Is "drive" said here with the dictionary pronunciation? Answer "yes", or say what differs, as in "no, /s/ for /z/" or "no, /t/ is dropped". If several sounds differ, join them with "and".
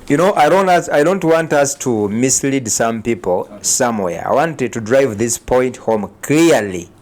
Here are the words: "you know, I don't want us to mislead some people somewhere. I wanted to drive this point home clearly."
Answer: yes